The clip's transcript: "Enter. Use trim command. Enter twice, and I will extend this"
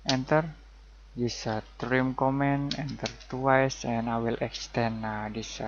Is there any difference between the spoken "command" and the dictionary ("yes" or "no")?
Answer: yes